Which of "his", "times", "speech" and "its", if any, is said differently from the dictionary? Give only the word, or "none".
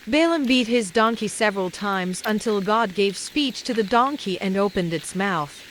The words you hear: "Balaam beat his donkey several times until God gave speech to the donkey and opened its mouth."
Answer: none